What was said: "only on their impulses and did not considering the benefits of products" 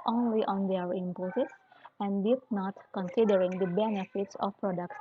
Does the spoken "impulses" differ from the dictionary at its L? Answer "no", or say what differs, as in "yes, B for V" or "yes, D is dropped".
yes, L is dropped